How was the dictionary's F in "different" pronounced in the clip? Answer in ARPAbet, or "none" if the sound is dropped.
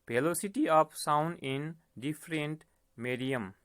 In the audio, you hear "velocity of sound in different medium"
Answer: P